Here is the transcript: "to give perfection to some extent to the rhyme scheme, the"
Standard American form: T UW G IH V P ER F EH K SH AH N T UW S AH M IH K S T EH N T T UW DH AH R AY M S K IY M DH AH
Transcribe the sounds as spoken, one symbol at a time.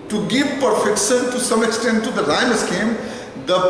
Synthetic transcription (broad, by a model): T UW G IH V P ER F EH K SH AH N T UW S AH M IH K S T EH N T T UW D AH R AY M S K IY M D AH